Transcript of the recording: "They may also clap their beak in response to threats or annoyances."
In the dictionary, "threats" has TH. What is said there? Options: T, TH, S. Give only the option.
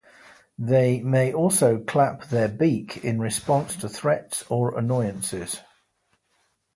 TH